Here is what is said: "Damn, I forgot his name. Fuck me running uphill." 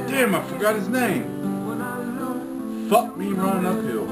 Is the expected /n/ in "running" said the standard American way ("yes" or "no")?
no